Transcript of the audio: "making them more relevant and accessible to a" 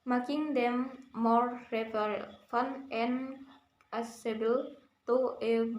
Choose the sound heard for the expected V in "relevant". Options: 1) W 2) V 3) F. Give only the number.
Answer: 3